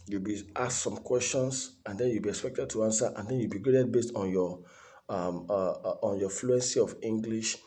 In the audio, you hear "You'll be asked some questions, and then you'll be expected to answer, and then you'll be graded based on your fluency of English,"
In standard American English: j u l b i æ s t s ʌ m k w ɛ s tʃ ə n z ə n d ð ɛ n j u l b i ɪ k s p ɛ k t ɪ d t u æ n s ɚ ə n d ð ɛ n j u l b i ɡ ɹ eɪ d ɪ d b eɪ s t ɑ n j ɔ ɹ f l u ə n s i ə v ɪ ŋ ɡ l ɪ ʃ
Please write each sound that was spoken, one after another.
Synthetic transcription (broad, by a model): j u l b i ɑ s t s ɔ m k w ɛ s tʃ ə n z ə n d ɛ n j u l b i ɪ k s p ɛ k t ɪ d t u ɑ n s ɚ ə n d ɛ n j u l b i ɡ ɹ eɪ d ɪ d b eɪ s t ɑ n j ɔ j f l u ə n s i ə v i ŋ ɡ l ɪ ʃ